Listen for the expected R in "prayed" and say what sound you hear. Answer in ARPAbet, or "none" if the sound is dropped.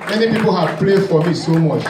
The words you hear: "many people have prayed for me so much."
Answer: L